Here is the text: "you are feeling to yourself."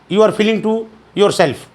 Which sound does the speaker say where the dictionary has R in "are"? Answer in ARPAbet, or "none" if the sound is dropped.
R